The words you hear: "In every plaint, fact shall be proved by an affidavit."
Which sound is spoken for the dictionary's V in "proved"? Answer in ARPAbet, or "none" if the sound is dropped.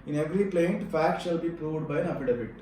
V